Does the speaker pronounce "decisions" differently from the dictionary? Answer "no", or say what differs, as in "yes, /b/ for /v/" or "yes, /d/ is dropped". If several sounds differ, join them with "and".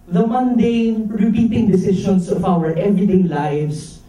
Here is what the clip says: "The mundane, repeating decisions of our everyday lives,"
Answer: yes, /ʃ/ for /ʒ/ and /s/ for /z/